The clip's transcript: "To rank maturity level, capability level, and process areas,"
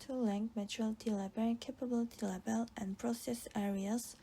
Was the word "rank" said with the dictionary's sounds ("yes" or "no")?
no